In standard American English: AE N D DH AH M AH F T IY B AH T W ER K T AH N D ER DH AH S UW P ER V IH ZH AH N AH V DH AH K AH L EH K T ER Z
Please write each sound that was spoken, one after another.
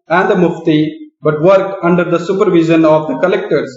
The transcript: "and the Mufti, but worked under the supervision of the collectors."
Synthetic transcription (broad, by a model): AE N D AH M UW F T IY B AH T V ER K AH N D ER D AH S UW P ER V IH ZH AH N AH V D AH K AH L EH K T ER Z